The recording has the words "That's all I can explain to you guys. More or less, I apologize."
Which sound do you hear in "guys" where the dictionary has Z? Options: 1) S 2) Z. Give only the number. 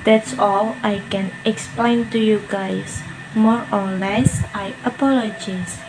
1